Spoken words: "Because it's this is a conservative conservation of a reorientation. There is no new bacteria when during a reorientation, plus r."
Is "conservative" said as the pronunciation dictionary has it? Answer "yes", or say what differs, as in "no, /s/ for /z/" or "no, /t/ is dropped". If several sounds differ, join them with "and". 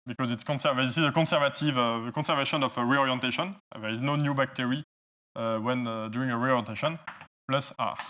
no, /n/ is dropped